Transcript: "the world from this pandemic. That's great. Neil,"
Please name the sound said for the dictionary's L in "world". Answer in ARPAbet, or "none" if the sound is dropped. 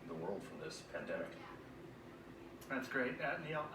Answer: L